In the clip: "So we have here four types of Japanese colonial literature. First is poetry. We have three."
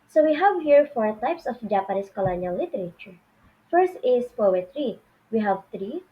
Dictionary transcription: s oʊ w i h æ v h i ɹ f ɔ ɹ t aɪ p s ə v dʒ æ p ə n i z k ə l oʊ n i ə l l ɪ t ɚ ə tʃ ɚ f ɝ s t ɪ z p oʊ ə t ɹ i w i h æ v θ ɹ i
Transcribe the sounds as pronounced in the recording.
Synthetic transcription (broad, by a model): s oʊ w i h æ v h i ɹ f ɔ ɹ t aɪ p s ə f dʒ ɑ p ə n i s k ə l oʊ n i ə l l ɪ t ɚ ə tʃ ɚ f ɝ s t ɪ s p oʊ ə t ɹ i w i h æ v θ ɹ i